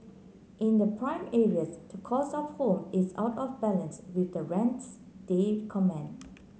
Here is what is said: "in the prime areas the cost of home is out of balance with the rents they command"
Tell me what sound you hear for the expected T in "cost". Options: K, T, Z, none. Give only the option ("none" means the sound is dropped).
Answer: none